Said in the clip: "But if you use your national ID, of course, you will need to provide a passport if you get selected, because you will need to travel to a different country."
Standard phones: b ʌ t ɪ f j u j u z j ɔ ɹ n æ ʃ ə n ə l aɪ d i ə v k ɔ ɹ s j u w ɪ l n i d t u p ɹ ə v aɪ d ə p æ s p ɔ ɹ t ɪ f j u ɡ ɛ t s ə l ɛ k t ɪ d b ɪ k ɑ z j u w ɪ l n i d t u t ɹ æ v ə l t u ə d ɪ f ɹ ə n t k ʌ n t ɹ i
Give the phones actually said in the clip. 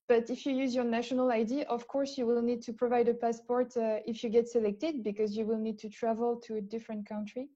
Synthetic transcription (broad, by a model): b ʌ t ɪ f j u j u z j ɔ ɹ n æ ʃ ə n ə l aɪ d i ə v k ɔ ɹ s j u w ɪ l n i d t u p ɹ ə v aɪ d ə p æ s p ɔ ɹ t ɪ f j u ɡ ɛ t s ə l ɛ k t ɪ d b ɪ k ɑ z j u w ɪ l n i d t u t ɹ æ v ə l t u ə d ɪ f ɹ ə n t k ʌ n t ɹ i